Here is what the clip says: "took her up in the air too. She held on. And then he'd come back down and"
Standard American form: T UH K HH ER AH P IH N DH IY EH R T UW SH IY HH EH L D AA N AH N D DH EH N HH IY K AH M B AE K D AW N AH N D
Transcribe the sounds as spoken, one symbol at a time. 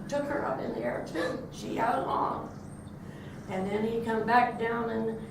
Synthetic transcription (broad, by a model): T UH K HH ER AH P IH N DH IY EH R T UW SH IY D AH L AA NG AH N DH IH N IY K AH M B AE K D AW N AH N